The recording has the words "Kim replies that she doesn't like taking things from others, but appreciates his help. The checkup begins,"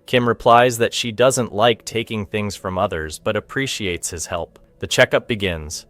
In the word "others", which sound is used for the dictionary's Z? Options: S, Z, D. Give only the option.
Z